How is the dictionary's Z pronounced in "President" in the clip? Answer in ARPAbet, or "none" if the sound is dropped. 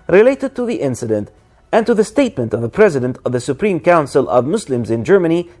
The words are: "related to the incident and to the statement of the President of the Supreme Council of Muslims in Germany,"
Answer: Z